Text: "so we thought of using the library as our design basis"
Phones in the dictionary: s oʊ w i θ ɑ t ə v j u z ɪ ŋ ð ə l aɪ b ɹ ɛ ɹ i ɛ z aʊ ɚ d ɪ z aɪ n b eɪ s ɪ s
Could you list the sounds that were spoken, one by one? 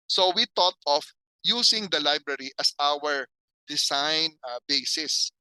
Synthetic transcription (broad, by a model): s oʊ w i t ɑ t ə f j u s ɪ ŋ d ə l aɪ b ɹ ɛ ɹ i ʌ s aʊ ɚ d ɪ s aɪ n b eɪ s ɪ s